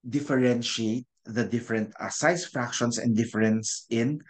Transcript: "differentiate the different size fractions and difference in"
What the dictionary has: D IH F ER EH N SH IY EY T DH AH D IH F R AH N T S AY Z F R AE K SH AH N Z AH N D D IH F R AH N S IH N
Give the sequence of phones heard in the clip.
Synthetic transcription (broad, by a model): D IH F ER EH N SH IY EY T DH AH D IH F R AH N T S AY S F R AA K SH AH N S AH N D D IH F R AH N S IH N